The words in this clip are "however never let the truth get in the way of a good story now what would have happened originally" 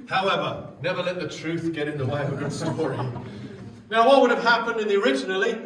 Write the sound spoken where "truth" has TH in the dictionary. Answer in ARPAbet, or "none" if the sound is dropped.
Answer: TH